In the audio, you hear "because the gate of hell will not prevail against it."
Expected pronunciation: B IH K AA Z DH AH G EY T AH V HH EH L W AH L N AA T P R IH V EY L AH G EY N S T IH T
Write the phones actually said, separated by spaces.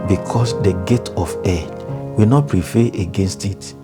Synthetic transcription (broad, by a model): B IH K AA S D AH G EY T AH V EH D W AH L N AA T P R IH F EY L AH G EY N S T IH T